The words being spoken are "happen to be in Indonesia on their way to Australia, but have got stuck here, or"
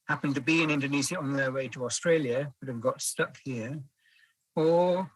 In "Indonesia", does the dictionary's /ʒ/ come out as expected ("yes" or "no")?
no